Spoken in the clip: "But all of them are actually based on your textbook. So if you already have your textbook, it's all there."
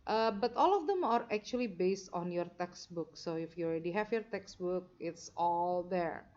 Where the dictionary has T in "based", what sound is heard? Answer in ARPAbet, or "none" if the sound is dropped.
T